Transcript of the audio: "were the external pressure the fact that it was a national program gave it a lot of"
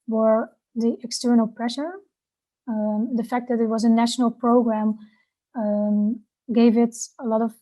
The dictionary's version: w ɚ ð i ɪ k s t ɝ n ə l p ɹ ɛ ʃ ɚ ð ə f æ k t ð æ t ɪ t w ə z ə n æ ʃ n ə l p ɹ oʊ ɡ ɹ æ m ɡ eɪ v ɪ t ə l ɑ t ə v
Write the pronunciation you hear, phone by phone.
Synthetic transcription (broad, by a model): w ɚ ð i ɪ k s t ɝ n ə l p ɹ ɛ ʃ ɚ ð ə f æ k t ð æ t ɪ t w ə z ə n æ ʃ n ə l p ɹ oʊ ɡ ɹ æ m ɡ eɪ v ɪ t ə l ɑ t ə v